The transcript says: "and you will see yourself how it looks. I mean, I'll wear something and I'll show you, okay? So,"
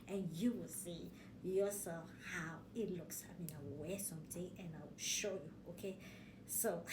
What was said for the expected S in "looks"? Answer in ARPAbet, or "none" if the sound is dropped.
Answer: S